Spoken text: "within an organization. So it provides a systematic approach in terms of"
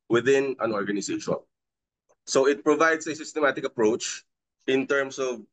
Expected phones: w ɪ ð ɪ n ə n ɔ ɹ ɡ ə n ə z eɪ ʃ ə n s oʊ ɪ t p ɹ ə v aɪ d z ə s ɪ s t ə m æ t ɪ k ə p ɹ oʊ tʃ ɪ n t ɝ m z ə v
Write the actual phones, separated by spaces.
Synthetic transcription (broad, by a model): w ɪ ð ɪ n ə n ɔ ɹ ɡ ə n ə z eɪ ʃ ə n s oʊ ɪ t p ɹ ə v aɪ d s ə s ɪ s t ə m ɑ t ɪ k ə p ɹ oʊ tʃ ɪ n t ɝ m s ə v